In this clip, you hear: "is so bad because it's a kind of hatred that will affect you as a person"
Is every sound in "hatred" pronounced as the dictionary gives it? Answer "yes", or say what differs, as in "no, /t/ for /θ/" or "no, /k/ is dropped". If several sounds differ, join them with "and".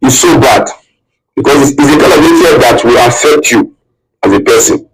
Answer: no, /ɹ/ is dropped